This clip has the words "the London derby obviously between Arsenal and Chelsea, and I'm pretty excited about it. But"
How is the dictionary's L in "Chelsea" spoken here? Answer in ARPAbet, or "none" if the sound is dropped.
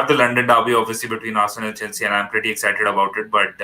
N